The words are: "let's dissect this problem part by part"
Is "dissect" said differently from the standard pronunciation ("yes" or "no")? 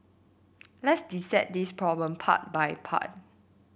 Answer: yes